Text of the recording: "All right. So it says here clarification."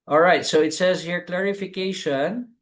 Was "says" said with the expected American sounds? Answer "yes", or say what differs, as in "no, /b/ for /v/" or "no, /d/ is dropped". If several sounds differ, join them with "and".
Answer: yes